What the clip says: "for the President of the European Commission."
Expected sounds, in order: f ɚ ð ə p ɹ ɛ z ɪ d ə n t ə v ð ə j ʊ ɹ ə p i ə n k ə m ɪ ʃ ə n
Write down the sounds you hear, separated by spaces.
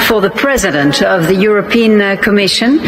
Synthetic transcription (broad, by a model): f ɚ ð ə p ɹ ɛ z ɪ d ə n t ə v ð ə j ʊ ɹ ə p i ə n k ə m ɪ ʃ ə n